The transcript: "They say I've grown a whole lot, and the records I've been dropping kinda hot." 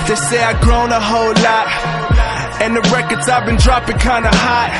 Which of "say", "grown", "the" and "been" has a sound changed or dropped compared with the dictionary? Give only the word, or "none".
none